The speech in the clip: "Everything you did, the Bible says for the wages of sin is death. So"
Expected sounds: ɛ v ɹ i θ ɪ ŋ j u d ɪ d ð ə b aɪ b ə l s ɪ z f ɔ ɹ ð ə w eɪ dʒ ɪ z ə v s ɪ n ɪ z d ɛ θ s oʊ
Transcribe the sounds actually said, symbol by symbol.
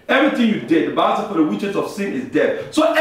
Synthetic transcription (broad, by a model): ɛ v ɹ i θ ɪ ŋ j u d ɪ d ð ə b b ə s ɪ f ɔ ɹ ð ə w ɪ tʃ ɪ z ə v s ɪ n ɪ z d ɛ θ s oʊ